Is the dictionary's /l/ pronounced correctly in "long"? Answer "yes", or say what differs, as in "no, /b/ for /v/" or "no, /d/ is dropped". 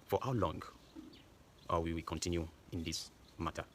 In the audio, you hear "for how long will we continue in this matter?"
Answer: yes